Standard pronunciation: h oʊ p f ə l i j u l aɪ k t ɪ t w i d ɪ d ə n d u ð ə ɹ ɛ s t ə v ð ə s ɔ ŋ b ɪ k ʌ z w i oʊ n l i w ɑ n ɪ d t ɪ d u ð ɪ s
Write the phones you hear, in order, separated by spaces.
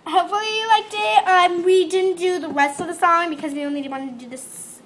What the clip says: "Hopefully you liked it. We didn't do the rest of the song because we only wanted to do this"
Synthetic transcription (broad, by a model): h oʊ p f l i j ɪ l aɪ k t ɪ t w i d ɪ d n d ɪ ð ə ɹ ɛ s t ə v ð ə s ɔ ŋ b ɪ k ʌ z w i oʊ n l i w ɑ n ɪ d t ɪ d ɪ ð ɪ s